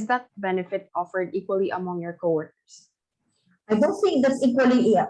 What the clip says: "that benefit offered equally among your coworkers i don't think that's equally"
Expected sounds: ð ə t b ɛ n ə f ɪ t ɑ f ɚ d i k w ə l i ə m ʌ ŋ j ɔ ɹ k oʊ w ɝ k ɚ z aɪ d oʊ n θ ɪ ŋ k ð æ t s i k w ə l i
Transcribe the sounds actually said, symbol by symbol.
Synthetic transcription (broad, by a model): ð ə t b ɛ n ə f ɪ t ɑ f ɚ d i k w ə l i ə m ʌ ŋ j ɔ ɹ k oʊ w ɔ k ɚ s aɪ d oʊ n θ ɪ ŋ k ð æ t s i k w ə l i